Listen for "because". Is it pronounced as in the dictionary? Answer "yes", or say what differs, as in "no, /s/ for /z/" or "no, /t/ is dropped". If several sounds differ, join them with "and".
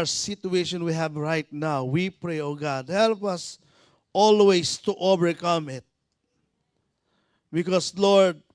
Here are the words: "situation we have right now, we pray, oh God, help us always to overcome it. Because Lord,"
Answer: no, /s/ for /z/